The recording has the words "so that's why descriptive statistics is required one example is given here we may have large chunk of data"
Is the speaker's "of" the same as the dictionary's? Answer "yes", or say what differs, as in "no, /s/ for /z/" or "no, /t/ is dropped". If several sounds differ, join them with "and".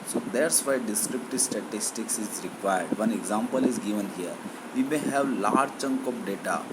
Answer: no, /p/ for /v/